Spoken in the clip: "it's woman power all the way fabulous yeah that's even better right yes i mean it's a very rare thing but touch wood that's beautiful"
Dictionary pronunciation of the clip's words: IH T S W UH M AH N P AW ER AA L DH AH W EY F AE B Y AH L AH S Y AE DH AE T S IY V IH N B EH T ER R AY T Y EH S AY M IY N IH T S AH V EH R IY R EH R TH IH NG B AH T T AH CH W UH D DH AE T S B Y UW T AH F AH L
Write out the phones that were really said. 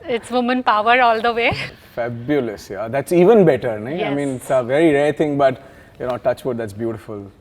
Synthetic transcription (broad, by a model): IH T S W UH M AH N P AW ER AA L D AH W EY F AE B Y AH L AH S Y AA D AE T S IY V IH N B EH T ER R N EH AY M IY N IH T S AH V EH R IY R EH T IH NG B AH T T AH CH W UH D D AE T S B Y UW T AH F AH L